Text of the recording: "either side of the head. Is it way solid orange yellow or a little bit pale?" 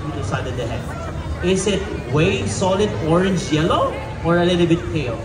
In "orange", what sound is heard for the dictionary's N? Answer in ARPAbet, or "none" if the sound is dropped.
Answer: N